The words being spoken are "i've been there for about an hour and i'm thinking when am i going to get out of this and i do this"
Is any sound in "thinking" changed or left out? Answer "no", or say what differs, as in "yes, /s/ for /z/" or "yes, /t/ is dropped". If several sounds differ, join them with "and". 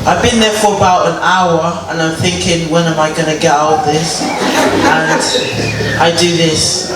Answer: no